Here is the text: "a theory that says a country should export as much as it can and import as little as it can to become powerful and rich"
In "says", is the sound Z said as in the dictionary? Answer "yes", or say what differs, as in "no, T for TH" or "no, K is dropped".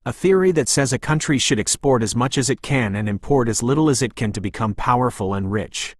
yes